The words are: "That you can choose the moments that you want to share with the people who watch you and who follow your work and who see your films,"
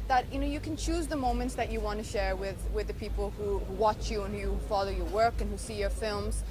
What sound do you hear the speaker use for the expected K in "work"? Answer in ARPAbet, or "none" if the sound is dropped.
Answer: K